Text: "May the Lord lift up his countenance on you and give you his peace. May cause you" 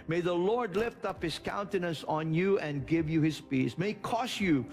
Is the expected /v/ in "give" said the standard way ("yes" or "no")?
yes